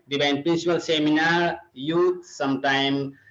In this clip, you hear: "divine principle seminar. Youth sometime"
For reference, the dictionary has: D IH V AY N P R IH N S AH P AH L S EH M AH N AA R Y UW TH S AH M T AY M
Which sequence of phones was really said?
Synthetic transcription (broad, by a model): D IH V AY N P R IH N S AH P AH L S EH M AH N AA R Y UW T S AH M T AY M